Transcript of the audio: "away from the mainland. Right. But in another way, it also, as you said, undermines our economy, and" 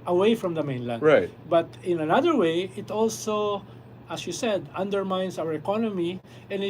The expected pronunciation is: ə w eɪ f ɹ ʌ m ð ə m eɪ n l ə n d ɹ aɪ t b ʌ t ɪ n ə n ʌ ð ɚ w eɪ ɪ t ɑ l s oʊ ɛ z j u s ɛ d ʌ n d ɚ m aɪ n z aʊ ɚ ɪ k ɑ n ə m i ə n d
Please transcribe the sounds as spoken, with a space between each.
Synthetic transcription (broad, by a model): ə w eɪ f ɹ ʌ m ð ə m eɪ n l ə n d ɹ aɪ t b ʌ t ɪ n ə n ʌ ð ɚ w eɪ ɪ t ɑ l s oʊ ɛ s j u s ɛ d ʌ n d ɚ m aɪ n s aʊ ɚ ɪ k ɑ n ə m i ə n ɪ